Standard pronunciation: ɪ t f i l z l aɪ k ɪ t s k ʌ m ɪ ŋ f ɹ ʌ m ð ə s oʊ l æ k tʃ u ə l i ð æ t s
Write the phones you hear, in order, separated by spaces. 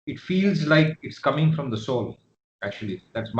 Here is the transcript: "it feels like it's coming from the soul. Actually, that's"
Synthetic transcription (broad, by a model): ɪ t f i l z l aɪ k ɪ t s k ʌ m ɪ ŋ f ɹ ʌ m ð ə s oʊ l æ k tʃ u ə l i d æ t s